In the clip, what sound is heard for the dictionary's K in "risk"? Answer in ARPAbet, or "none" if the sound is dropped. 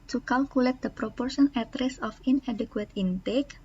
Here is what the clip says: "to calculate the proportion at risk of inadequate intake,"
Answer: none